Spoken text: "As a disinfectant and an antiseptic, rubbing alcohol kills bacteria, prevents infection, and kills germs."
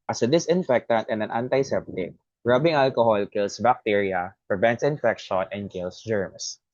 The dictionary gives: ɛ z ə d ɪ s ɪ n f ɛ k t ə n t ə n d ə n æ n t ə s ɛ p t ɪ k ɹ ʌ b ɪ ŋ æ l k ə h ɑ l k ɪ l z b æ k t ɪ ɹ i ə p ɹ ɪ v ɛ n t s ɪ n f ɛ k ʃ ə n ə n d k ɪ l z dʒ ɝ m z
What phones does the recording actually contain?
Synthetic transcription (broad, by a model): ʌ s ə d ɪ s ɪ n f ɛ k t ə n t ə n d ə n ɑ n t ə s ɛ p t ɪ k ɹ ʌ b ɪ ŋ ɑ l k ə h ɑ l k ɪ l s b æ k t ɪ ɹ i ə p ɹ ɪ v ɛ n t s ɪ n f ɛ k ʃ ə n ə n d k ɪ l s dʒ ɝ m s